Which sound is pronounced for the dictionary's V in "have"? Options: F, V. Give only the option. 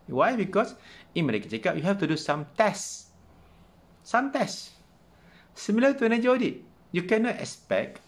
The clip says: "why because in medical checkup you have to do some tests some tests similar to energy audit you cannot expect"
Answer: F